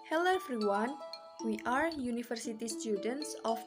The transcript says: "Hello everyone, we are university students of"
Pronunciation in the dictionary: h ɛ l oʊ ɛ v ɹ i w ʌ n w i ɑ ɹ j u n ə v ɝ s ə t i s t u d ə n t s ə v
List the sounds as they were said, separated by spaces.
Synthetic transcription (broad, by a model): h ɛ l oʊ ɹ f ɹ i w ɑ n w i ɑ ɹ j u n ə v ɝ s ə t i s t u d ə n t s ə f